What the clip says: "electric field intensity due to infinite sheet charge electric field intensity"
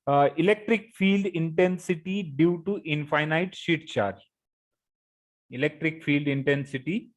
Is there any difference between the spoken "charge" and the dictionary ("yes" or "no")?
yes